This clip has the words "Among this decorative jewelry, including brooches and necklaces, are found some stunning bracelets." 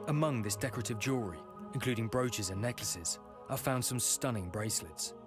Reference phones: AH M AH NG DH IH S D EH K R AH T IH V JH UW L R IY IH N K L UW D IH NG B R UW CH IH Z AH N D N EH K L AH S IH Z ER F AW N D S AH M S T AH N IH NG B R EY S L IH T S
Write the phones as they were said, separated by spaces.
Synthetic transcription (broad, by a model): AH M AH NG DH IH S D EH K R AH T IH V JH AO R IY IH N K L UW D IH NG B R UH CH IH Z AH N N EH K L AH S IH Z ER F AW N D S AH M S T AH N IH NG B R EY S L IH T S